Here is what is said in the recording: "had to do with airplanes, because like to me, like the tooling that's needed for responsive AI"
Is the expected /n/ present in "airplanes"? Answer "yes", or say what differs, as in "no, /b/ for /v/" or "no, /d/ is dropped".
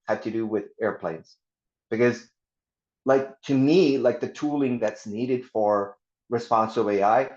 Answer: yes